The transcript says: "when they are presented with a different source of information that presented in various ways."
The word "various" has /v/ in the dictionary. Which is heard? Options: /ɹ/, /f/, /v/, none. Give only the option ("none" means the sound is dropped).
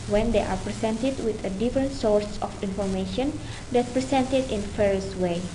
/f/